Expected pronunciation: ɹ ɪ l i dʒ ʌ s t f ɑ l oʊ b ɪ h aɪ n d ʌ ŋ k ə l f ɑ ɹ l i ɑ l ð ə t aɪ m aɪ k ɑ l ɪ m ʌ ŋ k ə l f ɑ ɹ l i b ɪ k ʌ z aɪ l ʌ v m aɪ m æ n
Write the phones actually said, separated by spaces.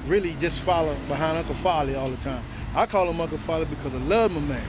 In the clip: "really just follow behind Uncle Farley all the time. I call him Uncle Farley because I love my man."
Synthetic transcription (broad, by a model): ɹ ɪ l i dʒ ʌ s t f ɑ l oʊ b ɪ h aɪ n ʌ k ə f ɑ l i ɑ l ð ə t aɪ m aɪ k ɑ l ɪ m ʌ k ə f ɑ l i b ɪ k ʌ z aɪ l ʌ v m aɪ m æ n